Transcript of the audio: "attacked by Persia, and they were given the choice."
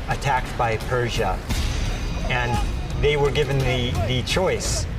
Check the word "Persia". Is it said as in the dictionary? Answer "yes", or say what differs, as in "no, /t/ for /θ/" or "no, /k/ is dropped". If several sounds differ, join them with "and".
yes